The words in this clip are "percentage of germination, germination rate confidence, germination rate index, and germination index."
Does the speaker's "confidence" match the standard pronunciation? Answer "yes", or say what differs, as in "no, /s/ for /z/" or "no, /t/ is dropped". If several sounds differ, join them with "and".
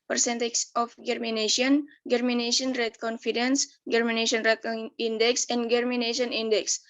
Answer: yes